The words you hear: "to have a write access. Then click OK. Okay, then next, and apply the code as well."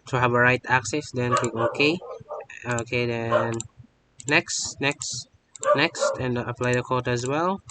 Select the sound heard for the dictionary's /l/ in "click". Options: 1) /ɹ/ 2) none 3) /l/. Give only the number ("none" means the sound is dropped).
2